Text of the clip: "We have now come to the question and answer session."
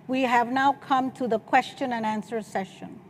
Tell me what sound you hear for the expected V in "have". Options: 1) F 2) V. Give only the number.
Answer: 2